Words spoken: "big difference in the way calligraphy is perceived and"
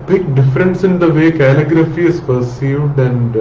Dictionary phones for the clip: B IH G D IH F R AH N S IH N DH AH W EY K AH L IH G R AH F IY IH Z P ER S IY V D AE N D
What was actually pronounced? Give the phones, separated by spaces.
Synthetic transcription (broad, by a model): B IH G D IH F R AH N S IH N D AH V EY K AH L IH G R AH F IY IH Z P ER S IY V D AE N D